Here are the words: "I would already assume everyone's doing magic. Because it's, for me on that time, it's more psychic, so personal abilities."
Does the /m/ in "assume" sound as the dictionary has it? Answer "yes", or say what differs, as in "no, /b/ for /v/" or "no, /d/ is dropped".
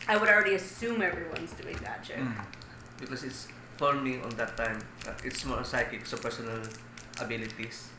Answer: yes